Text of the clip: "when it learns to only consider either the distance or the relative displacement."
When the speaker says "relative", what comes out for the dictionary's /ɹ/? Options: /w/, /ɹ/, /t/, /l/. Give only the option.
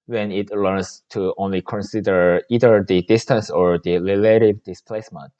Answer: /l/